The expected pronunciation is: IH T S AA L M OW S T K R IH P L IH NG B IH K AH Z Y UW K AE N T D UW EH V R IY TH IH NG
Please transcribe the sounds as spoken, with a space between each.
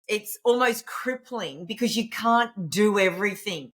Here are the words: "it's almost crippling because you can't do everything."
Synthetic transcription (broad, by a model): IH T S AA L M OW S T K R IH P L IH NG B IH K AH Z Y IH K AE N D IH EH V R IY TH IH NG